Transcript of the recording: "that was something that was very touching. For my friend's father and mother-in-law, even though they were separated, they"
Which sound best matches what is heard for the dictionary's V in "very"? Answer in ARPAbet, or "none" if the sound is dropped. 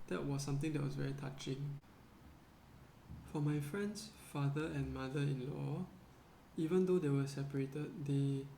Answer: V